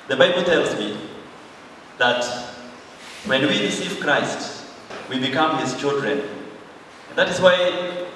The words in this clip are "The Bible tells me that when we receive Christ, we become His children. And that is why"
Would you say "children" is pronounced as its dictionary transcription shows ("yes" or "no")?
yes